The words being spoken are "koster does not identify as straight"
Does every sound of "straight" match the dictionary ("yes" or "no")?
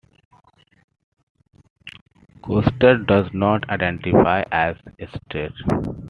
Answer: no